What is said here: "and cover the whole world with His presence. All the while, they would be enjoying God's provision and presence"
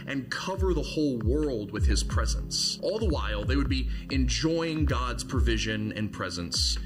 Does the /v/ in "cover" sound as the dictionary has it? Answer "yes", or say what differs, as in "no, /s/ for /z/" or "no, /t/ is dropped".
yes